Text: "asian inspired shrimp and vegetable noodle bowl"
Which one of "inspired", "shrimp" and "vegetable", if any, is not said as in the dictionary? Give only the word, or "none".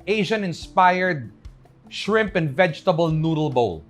none